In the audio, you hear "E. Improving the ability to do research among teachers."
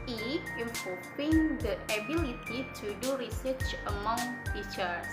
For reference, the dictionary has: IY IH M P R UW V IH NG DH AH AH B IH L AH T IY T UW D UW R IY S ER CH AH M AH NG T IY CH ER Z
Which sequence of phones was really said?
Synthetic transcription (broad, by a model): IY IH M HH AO P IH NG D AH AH B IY L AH T IY T UW D UW R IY S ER CH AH M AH NG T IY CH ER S